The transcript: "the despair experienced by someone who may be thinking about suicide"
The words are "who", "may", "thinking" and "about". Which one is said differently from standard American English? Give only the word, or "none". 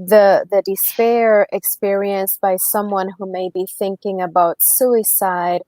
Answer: none